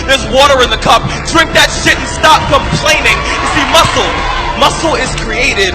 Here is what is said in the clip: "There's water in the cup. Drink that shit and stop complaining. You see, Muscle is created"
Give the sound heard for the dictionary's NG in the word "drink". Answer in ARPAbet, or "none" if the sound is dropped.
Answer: none